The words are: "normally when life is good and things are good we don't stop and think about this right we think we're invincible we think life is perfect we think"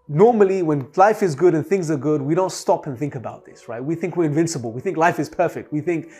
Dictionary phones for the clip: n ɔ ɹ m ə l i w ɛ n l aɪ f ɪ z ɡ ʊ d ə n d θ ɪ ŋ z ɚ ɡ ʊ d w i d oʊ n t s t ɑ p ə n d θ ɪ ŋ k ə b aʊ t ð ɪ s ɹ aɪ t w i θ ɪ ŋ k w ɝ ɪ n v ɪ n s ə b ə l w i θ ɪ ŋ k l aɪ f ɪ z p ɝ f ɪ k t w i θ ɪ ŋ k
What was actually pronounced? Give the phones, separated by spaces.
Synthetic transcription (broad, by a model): n ɔ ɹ m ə l i w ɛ n l aɪ f ɪ z ɡ ʊ d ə n θ ɪ ŋ z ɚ ɡ ʊ d w i d oʊ n t s t ɑ p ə n θ ɪ ŋ k ə b aʊ t ð ɪ s ɹ aɪ t w i θ ɪ ŋ k w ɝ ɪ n v ɪ n s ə b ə l w i θ ɪ ŋ k l aɪ f ɪ z p ɝ f ɪ k t w i θ ɪ ŋ k